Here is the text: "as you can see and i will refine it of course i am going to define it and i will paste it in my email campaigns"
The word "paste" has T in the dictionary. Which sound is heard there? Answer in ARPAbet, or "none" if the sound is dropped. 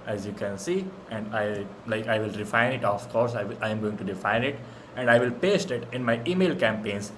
T